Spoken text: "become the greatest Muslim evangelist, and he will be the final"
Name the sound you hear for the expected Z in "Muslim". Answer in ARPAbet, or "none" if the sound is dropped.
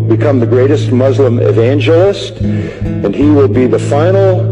Z